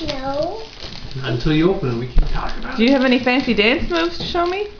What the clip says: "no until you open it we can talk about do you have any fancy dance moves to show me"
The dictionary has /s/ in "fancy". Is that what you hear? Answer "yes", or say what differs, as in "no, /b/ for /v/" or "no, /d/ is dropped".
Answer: yes